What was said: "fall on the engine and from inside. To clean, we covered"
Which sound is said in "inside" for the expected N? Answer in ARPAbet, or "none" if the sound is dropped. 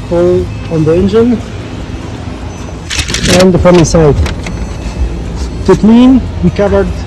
none